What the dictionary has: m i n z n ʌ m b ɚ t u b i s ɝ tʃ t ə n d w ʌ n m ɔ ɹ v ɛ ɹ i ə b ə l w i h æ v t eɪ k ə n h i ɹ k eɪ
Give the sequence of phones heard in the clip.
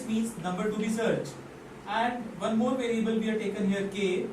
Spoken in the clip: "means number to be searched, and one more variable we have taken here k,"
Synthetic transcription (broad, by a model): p i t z n ʌ m b ɚ t u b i s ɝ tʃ ə n d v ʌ n m ɔ ɹ v ɛ ɹ i ə b ə l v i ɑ t eɪ k ə n h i ɹ k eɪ